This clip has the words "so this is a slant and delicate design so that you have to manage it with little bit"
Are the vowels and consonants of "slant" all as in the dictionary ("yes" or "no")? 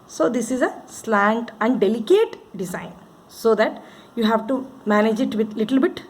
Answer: yes